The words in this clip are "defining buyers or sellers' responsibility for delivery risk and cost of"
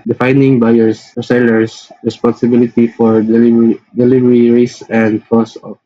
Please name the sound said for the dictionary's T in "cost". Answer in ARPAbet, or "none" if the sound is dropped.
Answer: none